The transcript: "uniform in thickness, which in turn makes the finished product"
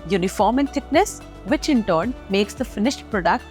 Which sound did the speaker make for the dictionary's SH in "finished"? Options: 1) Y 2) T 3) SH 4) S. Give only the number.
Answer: 3